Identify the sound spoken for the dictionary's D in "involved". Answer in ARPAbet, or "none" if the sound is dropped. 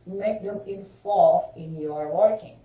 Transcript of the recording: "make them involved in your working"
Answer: none